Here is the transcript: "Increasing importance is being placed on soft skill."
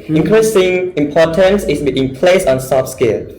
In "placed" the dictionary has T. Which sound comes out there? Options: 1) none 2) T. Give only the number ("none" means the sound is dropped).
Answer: 1